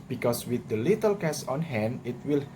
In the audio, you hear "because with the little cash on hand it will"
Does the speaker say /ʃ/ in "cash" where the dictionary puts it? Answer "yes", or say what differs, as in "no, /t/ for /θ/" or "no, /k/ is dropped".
no, /s/ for /ʃ/